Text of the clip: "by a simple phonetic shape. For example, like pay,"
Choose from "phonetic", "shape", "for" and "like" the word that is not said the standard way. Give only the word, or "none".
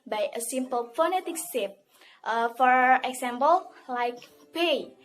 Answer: shape